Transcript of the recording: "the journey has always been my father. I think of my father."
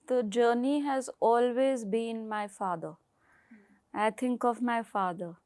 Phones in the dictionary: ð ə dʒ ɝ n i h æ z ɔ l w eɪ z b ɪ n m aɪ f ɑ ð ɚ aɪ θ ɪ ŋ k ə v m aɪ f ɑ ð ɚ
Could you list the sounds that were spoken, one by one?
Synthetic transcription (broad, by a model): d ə dʒ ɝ n i h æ z ɔ l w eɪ z b ɪ n m aɪ f ɑ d ɚ aɪ t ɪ ŋ k ə v m aɪ f ɑ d ɚ